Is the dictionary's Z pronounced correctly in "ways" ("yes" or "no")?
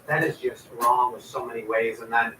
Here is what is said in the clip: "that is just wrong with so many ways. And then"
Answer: yes